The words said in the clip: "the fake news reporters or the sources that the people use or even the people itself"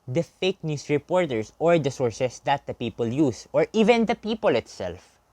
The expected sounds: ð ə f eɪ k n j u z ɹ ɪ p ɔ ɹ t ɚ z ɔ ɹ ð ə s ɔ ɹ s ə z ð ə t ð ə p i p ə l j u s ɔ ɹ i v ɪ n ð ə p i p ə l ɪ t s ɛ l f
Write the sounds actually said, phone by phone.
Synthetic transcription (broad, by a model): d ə f eɪ k n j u s ɹ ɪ p ɔ ɹ t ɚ s ɔ ɹ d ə s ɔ ɹ s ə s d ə t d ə p i p ə l j u s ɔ ɹ i v ɪ n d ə p i p ə l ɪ t s ɛ l f